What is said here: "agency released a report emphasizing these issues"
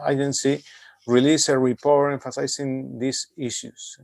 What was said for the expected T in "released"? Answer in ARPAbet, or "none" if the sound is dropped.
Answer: none